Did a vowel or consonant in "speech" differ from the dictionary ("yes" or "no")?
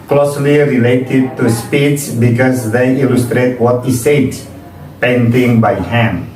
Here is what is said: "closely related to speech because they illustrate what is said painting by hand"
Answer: yes